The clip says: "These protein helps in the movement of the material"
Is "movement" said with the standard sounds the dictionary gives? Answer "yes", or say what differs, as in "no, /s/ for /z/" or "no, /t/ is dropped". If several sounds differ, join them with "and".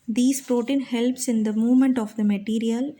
yes